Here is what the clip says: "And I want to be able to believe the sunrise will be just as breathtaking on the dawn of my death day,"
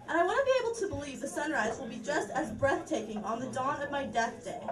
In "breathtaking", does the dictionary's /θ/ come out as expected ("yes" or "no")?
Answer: yes